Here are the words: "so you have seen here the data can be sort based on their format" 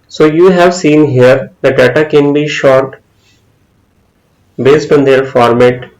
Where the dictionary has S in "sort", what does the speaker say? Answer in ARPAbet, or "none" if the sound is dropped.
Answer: SH